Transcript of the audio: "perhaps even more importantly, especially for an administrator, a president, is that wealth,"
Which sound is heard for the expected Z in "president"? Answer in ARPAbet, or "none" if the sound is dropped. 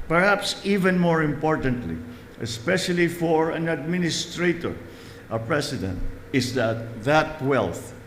S